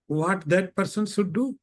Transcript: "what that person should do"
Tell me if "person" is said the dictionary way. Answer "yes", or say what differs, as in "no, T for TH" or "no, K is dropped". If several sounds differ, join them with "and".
yes